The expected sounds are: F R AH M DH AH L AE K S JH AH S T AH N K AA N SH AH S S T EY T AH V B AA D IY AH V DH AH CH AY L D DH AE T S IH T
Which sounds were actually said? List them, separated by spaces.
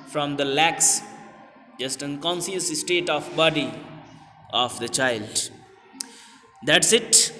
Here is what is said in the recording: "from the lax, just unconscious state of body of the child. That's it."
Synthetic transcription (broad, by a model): F R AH M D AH L AE K S JH AH S T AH N K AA N S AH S S T EY T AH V B AA D IY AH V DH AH CH AY L D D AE T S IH T